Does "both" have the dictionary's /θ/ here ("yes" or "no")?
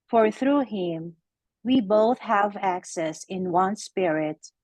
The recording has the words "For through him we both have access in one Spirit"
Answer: yes